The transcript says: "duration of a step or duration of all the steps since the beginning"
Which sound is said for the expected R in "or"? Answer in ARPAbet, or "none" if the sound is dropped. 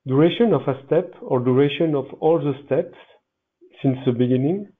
R